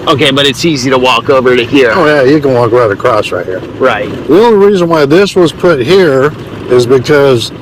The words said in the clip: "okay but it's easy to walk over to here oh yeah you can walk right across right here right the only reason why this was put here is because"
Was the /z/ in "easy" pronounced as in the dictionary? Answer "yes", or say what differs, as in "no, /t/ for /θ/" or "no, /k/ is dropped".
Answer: yes